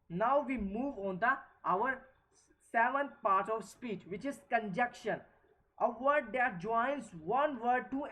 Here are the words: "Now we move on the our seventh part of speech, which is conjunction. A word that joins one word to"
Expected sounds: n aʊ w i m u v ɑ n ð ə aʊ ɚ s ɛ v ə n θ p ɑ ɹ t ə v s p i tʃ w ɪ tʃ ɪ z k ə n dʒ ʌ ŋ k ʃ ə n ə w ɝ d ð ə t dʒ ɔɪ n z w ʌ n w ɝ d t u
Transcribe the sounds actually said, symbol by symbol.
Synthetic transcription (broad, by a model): n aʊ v i m u v ɑ n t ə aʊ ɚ s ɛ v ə n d p ɑ ɹ t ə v s p i tʃ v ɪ tʃ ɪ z k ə n dʒ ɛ k ʃ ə n ə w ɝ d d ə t dʒ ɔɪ n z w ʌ n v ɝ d t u